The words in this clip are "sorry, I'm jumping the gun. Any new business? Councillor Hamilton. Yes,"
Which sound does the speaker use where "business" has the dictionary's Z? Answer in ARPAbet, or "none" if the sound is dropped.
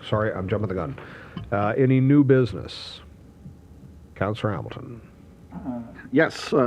Z